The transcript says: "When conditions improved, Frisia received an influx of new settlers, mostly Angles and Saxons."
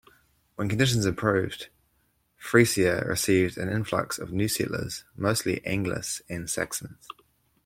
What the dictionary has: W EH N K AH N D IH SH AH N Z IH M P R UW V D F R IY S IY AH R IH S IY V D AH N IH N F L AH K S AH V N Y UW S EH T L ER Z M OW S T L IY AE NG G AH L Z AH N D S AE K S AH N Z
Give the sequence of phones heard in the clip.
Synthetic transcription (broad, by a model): W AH N K AH N D IH SH AH N Z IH P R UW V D F R IY S IY AH R IH S IY V D AH N IH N F L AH K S AH V N Y UW S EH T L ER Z M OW S T L IY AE NG G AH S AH N S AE K S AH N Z